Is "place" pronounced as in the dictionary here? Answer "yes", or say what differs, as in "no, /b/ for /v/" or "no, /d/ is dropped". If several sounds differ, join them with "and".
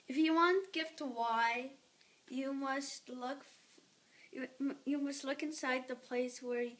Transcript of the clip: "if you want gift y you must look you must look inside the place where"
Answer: yes